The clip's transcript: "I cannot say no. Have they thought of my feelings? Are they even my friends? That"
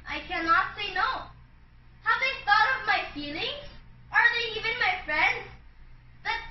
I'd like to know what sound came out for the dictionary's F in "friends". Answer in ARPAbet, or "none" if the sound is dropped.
F